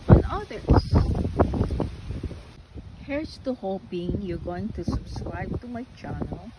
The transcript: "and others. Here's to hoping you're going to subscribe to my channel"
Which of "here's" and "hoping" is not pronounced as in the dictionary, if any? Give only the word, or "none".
here's